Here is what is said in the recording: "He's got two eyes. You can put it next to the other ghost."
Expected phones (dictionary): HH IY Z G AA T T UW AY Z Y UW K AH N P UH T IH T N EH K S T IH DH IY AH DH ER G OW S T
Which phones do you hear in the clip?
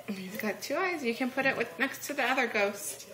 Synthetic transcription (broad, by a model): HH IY Z G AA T T UW AY Z Y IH K AH N P UH T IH T N EH K S T IH DH IY AH DH ER G OW S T